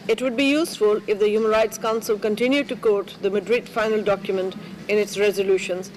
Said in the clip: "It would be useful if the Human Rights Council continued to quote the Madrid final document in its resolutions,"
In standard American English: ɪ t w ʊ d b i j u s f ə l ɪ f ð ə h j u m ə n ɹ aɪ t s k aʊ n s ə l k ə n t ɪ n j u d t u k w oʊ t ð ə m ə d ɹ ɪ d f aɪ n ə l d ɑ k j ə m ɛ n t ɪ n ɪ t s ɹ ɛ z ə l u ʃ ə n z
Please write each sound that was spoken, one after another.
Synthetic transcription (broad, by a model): ɪ t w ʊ d b i j u s f ə l ɪ f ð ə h j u m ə n ɹ aɪ t s k aʊ n s ə l k ə n t ɪ n j u d t u k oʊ t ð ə m ə d ɹ ɪ d f aɪ n ə l d ɑ k j ə m ɛ n t ɪ n ɪ t s ɹ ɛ z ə l u ʃ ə n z